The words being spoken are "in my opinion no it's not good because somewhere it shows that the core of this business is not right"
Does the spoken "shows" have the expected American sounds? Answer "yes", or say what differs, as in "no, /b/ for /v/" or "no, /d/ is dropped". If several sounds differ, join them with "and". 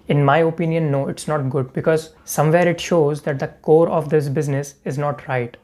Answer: yes